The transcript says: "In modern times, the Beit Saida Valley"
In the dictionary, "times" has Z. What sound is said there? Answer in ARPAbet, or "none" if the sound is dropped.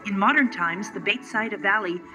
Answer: Z